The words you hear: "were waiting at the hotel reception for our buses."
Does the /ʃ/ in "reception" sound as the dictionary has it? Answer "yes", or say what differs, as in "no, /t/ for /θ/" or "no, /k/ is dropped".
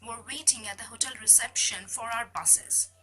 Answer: yes